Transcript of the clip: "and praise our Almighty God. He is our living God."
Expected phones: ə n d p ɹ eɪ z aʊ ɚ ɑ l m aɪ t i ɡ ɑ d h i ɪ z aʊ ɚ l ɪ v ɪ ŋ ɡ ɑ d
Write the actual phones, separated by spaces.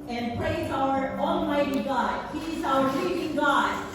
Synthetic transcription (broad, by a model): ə n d p ɹ eɪ z aʊ ɚ ɑ l m aɪ t i ɡ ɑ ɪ h i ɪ z aʊ ɚ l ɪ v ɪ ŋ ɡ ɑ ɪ